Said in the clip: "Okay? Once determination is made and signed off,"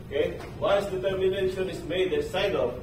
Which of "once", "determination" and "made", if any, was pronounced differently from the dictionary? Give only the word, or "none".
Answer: once